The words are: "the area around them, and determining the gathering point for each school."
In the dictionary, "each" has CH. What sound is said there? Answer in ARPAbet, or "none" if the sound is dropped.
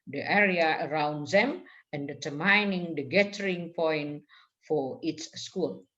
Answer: S